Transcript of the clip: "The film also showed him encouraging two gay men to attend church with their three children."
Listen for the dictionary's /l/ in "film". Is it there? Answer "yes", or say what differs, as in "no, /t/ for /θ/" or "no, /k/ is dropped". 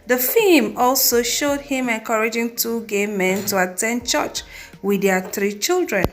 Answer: no, /l/ is dropped